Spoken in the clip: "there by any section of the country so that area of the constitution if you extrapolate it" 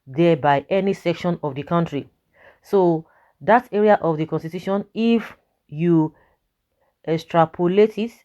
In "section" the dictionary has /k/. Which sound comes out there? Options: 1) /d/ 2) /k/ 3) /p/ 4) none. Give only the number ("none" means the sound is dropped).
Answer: 2